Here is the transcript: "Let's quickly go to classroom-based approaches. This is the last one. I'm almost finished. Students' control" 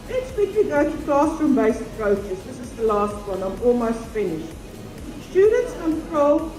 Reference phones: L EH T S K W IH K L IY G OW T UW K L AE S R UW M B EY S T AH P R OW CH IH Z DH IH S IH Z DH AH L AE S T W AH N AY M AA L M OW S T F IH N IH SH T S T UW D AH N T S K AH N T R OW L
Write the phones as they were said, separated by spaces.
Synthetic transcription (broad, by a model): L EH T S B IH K IY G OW T UW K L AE S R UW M B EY S AH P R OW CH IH S DH IH S IH Z DH AH L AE S T W AH N AY M AA L M OW S T F IH N IH SH T S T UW D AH N T S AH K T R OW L